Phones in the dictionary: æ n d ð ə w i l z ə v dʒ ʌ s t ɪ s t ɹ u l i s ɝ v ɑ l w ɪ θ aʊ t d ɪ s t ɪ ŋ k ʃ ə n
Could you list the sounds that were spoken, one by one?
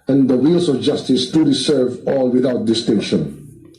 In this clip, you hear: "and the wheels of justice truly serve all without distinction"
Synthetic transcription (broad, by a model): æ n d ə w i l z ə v dʒ ʌ s t ɪ s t u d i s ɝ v ɑ l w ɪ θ aʊ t d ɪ s t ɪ ŋ k ʃ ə n